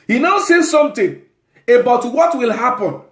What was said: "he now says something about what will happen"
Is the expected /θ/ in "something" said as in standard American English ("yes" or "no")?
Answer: no